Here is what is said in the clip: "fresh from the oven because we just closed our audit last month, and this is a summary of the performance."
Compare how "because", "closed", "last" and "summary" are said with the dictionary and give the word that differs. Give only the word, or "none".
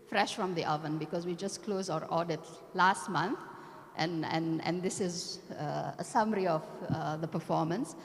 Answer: closed